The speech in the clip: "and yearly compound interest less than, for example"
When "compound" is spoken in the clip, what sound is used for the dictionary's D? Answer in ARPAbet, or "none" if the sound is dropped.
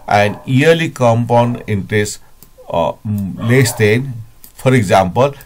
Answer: none